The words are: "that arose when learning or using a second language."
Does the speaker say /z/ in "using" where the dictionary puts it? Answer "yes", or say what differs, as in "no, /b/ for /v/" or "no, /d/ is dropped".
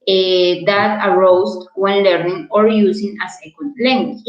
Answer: no, /s/ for /z/